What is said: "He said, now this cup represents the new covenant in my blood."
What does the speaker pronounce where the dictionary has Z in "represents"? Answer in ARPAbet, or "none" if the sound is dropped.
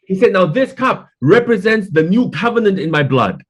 Z